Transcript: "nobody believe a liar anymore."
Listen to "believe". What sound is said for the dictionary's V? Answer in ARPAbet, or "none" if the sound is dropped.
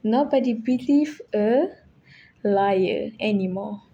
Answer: F